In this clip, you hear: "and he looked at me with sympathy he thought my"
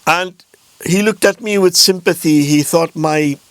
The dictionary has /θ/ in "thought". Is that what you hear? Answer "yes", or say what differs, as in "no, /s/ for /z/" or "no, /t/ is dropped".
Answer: yes